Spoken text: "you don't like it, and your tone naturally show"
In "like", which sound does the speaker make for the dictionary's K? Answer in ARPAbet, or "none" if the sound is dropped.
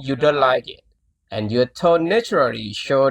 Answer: K